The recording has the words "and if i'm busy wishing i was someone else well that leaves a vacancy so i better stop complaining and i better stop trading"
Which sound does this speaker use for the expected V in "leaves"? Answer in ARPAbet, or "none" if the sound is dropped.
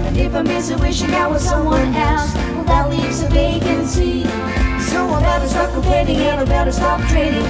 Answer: V